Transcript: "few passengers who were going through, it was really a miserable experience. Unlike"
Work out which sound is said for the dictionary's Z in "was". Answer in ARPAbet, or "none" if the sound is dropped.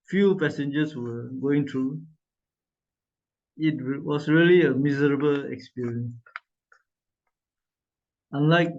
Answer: S